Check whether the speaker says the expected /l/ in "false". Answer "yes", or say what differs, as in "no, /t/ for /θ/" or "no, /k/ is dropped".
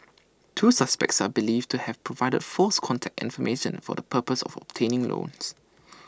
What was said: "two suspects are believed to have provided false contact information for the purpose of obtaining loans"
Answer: no, /l/ is dropped